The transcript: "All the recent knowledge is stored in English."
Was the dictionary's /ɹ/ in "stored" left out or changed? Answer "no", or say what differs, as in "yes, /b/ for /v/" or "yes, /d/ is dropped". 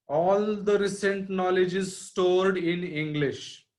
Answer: no